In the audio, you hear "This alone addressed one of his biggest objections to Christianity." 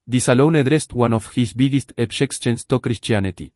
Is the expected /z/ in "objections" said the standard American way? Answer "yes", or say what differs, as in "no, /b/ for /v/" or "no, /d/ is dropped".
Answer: no, /s/ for /z/